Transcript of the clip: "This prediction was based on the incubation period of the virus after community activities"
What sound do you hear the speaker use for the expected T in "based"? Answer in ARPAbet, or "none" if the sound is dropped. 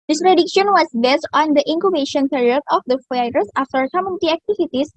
T